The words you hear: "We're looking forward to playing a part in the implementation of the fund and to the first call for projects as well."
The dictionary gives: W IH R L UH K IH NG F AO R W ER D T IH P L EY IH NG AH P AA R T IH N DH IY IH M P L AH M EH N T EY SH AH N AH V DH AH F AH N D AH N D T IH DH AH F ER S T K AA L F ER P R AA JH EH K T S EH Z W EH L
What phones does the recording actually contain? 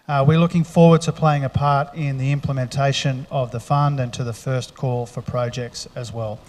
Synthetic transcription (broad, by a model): W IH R L UH K IH NG F AO R W ER D T IH P L EY IH NG AH P AA R T IH N DH IY IH M P L AH M EH N T EY SH AH N AH V DH AH F AH N D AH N T IH DH AH F ER S K AA L F ER P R AA JH EH K T S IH Z W EH L